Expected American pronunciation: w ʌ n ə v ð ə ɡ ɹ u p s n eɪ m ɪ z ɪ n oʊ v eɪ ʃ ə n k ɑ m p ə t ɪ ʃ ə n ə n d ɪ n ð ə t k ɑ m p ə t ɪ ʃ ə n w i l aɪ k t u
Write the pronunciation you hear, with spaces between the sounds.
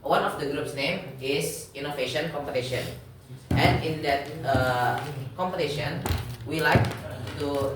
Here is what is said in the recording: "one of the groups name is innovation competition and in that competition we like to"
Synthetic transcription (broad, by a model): w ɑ n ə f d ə ɡ ɹ u p s n eɪ m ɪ s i n oʊ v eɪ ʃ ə n k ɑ m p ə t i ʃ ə n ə n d ɪ n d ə t k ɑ m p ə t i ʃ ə n w i l aɪ k t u